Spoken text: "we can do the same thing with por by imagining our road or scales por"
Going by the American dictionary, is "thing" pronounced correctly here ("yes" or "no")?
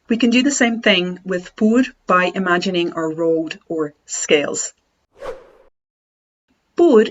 yes